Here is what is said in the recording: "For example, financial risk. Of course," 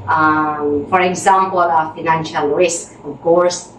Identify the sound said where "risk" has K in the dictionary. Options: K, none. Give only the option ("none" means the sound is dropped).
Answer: K